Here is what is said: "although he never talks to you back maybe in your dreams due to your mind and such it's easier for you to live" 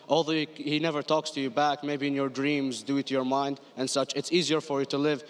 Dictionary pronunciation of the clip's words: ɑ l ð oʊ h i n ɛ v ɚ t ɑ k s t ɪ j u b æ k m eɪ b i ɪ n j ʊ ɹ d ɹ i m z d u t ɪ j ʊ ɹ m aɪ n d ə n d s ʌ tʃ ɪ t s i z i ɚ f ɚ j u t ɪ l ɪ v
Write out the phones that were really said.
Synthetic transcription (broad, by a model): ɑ l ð oʊ h i n ɛ v ɚ t ɑ k s t ɪ j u b æ k m eɪ b i ɪ n j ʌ ɹ d ɹ i m z d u t ɪ j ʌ ɹ m aɪ n d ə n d s ʌ tʃ ɪ t s i z i ɚ f ɚ j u t ɪ l ɪ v